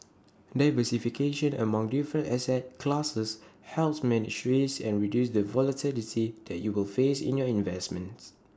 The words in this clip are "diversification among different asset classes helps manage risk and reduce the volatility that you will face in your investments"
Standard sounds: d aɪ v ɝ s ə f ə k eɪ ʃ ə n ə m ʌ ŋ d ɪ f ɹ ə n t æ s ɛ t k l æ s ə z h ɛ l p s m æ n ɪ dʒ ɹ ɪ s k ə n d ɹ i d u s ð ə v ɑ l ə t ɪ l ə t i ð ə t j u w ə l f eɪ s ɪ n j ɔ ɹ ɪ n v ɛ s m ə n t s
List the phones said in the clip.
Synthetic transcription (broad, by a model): d aɪ v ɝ s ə f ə k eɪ ʃ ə n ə m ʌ ŋ d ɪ f ɹ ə n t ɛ s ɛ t k l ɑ s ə s h ɛ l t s m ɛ n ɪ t ɹ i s ə n ɹ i d u s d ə v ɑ l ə t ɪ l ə t i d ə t j u w ə l f eɪ s ɪ n j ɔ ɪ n v ɛ s m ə n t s